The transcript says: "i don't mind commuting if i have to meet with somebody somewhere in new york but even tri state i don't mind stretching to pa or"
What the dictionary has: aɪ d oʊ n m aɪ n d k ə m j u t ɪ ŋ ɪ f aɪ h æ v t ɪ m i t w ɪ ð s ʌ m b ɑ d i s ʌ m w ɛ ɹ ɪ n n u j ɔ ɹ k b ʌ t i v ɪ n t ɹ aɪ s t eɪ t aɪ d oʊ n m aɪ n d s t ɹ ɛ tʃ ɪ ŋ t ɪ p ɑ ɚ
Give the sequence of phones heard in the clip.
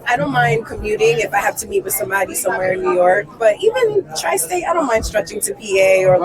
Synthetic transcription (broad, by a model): aɪ d oʊ n m aɪ n d k ə m j u t ɪ ŋ ɪ f aɪ h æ f t ɪ m i t w ɪ ð s ʌ m b ɑ d i s ʌ m w ɛ ɹ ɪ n n u j ɔ ɹ k b ʌ t i v ɪ n t ɹ aɪ s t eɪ aɪ d oʊ n m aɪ n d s t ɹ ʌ tʃ ɪ ŋ t ɪ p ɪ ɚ